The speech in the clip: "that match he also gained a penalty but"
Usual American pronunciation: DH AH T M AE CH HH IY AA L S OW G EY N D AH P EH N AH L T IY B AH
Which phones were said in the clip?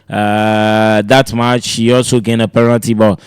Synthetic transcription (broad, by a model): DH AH T M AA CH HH IY AA L S OW G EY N AH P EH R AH N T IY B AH